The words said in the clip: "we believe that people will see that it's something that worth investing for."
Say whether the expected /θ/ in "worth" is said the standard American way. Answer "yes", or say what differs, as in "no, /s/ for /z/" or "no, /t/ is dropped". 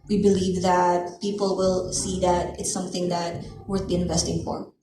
no, /t/ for /θ/